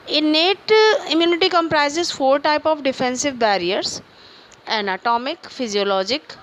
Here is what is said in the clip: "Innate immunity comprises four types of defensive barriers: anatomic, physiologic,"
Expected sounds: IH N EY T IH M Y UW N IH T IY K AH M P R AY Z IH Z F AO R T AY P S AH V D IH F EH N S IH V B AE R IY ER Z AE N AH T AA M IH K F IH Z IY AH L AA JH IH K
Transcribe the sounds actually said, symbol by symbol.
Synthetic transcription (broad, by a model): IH N EY T IH M Y UW N IH T IY K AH M P R AY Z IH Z F AO R T AY P AH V D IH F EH N S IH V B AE R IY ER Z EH N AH T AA M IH K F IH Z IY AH L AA JH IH K